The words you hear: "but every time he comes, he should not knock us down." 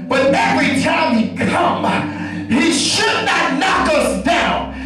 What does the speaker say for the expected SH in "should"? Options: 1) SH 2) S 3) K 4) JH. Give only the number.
1